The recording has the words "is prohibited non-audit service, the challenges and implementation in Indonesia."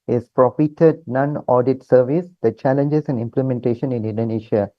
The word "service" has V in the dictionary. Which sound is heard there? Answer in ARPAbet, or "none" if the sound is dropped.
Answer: V